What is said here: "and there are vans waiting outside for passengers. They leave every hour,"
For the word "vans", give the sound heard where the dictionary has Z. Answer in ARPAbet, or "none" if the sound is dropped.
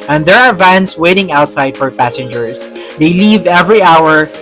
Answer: S